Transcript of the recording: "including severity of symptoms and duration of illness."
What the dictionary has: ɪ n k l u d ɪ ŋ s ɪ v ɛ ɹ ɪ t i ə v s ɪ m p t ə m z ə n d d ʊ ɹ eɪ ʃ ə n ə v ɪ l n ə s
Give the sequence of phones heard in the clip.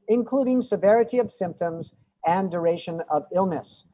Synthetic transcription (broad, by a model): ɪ n k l u d ɪ ŋ s ɪ v ɛ ɹ ɪ t i ə v s ɪ m p t ə m z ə n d d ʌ ɹ eɪ ʃ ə n ə v ɪ l n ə s